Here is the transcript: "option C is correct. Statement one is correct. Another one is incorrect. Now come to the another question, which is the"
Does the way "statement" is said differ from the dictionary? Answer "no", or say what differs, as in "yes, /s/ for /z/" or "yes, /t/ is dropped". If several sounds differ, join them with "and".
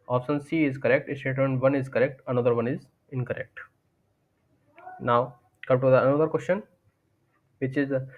yes, /m/ is dropped